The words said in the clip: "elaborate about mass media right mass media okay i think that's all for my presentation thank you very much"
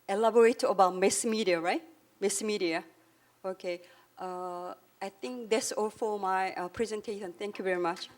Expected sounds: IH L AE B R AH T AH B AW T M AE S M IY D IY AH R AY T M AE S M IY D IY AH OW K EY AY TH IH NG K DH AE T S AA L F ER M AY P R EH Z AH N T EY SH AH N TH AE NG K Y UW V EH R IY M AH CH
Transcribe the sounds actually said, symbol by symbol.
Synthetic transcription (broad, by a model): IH L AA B R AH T AH B AW T M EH S M IY D IY AH R AY T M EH S M IY D IY AH OW K EY AY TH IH NG K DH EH T S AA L F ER M AY P R EH Z AH N T EY SH AH N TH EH NG K Y UW V EH R IY M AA CH